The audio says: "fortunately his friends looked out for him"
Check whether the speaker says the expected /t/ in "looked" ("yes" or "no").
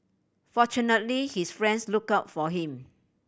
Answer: no